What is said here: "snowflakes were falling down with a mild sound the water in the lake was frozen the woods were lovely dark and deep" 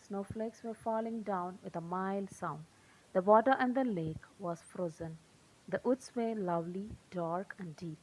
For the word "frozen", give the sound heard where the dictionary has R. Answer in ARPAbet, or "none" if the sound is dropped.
R